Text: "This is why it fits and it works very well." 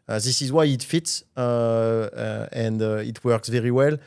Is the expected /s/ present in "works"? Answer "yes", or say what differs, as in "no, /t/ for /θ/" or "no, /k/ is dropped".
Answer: yes